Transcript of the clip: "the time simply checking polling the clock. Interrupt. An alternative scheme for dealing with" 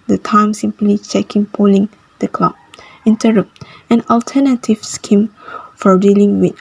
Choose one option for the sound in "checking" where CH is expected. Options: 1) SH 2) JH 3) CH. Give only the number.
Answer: 3